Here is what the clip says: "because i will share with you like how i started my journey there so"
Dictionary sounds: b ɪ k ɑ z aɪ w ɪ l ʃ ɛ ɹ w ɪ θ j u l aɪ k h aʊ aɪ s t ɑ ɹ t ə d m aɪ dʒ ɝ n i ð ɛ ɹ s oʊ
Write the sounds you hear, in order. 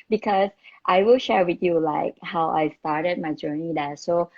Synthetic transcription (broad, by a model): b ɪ k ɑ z aɪ w ɪ l ʃ ɛ ɹ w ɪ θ j u l aɪ k h aʊ aɪ s t ɑ ɹ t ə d m aɪ dʒ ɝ n i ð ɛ s oʊ